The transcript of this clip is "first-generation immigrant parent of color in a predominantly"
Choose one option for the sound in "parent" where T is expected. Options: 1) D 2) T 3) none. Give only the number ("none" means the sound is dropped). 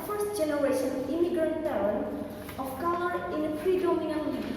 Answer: 3